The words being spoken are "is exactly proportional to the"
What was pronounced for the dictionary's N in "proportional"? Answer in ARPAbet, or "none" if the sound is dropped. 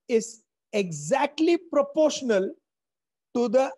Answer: N